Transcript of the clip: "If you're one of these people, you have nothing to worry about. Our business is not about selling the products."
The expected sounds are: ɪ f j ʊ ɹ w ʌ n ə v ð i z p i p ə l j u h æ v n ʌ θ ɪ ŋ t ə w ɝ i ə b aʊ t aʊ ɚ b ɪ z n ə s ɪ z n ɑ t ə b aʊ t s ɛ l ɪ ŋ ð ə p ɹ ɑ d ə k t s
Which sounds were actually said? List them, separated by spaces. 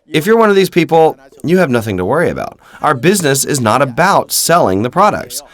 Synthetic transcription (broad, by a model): ɪ f j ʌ ɹ w ʌ n ə v ð i z p i p l j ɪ v n ʌ θ ɪ ŋ t ə w ɝ i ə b aʊ t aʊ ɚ b ɪ z n ə s ɪ z n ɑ t ə b aʊ t s ɛ l ɪ ŋ ð ə p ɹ ɑ d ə k t s